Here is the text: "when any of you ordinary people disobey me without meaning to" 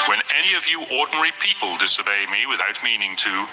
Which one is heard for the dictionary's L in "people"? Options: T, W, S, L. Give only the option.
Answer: L